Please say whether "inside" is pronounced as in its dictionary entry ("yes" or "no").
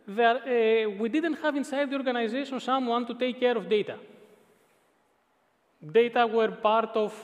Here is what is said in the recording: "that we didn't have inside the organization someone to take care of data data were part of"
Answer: yes